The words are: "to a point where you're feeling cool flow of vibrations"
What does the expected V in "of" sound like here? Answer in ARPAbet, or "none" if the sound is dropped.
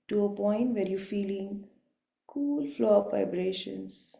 P